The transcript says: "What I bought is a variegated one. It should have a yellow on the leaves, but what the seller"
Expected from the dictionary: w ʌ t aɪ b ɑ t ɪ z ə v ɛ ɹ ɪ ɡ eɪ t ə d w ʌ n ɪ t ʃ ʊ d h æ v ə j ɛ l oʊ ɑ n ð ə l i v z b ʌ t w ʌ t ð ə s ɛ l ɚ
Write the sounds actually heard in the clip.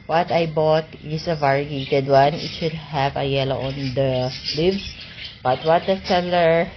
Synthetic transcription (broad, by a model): w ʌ t aɪ b ɑ t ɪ s ə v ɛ ɹ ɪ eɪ t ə d w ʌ n ɪ t ʃ ʊ d h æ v ə j ɛ l oʊ ɑ n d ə l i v s b ʌ t w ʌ t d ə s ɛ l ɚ